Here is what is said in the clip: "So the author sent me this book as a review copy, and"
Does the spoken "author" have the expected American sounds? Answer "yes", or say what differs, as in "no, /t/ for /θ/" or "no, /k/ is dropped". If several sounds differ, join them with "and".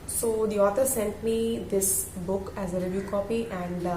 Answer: no, /t/ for /θ/